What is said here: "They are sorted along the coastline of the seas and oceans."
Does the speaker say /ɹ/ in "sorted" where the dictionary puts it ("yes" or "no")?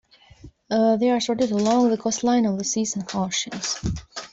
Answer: yes